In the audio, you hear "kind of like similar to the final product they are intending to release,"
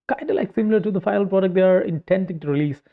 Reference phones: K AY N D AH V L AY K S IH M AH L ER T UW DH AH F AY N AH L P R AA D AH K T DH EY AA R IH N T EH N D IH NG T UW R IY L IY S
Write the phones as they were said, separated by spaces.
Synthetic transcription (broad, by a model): K AY N D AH L AY K S IH M AH L ER T UW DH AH F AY AH L P R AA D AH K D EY AA R IH N T EH N D IH NG T UW R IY L IY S